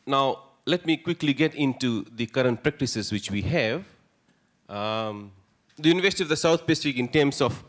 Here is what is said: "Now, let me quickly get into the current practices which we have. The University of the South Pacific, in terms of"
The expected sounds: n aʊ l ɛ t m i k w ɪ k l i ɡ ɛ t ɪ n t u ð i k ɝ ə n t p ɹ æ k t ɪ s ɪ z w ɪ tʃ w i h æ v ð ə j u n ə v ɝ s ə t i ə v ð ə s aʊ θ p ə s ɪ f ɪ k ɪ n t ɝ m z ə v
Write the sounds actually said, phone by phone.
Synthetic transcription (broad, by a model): n aʊ l ɛ t m i k w ɪ k l i ɡ ɛ t ɪ n t u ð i k ɝ ə n t p ɹ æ k t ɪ s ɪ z w ɪ tʃ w i h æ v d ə j u n ə v ɝ s ə t i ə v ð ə s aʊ s p ə s ɪ f ɪ k ɪ n t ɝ m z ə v